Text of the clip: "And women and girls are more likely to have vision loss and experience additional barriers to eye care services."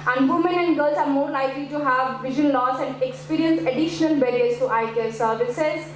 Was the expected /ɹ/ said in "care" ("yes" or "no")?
no